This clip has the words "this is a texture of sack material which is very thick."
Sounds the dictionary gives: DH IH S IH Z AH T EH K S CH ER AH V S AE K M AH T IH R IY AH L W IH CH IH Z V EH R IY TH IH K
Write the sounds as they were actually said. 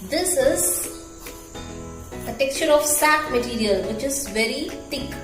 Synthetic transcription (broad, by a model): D IH S IH Z AH T EH K S CH ER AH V S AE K M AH T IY R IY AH L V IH CH IH Z V EH R IY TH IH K